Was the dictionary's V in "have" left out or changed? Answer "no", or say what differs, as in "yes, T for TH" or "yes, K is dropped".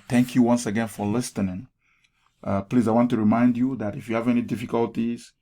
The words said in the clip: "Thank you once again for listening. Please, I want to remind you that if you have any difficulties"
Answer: no